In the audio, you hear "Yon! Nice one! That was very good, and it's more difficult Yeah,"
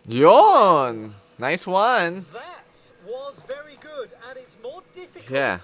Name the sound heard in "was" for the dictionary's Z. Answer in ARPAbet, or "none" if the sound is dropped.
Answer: Z